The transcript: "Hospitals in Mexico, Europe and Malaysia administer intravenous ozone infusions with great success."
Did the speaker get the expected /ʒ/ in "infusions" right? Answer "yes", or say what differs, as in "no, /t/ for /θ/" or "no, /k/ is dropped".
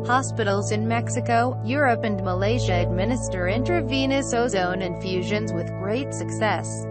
yes